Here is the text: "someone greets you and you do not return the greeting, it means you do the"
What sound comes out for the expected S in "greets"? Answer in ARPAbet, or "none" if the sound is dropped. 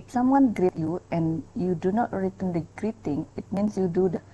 none